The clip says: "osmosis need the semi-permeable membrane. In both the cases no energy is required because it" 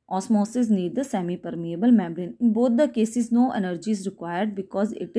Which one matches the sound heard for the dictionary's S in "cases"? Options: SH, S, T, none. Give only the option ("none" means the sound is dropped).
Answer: S